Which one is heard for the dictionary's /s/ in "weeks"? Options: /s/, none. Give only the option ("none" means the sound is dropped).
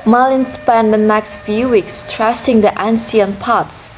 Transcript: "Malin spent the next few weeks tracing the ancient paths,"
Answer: /s/